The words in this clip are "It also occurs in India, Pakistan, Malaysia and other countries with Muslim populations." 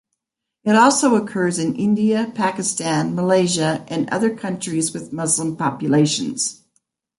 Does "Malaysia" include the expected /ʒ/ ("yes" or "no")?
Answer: yes